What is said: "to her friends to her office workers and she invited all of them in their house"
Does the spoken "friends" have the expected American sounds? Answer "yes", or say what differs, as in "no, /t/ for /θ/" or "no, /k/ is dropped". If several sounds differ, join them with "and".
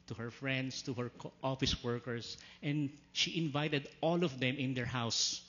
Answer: no, /s/ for /z/